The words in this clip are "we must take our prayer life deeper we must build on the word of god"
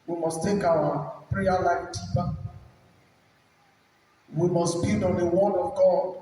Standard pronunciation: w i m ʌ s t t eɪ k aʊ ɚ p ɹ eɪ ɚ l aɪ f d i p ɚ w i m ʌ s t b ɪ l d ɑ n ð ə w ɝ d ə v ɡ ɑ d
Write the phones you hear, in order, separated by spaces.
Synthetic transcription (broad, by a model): w i m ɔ s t t eɪ k aʊ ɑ p ɹ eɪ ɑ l aɪ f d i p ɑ w i m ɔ s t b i d ɑ n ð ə w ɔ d ə v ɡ ɑ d